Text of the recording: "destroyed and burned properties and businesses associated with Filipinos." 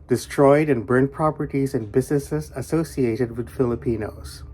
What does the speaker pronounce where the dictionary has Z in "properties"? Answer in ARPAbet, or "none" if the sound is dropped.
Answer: Z